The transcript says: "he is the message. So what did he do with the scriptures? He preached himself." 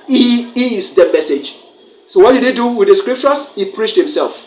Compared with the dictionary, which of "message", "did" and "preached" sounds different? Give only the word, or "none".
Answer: none